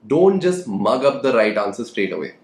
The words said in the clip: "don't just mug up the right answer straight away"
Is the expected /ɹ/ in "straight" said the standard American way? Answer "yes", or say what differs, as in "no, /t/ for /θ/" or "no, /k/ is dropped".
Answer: yes